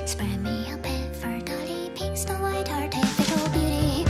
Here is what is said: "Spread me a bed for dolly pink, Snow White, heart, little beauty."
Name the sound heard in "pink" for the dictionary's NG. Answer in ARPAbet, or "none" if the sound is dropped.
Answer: none